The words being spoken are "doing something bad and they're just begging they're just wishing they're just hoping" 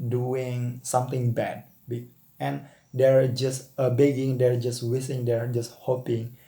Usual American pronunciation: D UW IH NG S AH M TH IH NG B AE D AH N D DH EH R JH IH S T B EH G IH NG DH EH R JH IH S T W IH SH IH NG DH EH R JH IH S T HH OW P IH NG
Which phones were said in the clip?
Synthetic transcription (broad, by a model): D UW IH NG S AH M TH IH NG B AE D AH N D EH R JH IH S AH B EH G IH NG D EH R JH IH S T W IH S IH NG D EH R JH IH S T HH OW P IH NG